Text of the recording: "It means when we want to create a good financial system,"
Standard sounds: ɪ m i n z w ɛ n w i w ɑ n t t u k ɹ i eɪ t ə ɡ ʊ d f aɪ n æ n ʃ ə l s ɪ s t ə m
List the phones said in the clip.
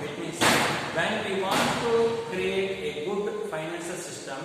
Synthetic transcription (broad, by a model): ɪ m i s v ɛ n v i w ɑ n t t u k ɹ i eɪ t ə ɡ ʊ d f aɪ n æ n s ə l s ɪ s t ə m